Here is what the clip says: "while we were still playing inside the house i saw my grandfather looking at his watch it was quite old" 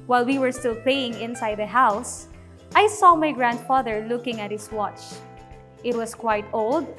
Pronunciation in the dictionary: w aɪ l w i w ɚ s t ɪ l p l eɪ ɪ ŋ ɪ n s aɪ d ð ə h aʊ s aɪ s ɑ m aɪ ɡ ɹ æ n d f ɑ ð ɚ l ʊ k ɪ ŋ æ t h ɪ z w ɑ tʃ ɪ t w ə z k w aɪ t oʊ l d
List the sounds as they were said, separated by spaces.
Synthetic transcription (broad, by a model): w aɪ l w i w ɚ s t ɪ l p l eɪ ɪ ŋ ɪ n s aɪ d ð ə h aʊ s aɪ s ɑ m aɪ ɡ ɹ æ n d f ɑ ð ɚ l ʊ k ɪ ŋ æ t h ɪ s w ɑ tʃ ɪ t w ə s k w aɪ t oʊ l d